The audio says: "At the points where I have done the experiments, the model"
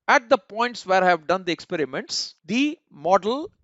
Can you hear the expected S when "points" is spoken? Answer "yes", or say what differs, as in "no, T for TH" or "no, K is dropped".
yes